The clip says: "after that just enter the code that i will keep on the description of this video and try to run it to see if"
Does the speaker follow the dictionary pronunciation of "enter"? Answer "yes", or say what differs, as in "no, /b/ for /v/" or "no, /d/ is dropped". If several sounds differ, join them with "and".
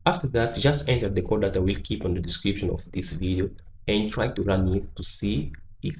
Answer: yes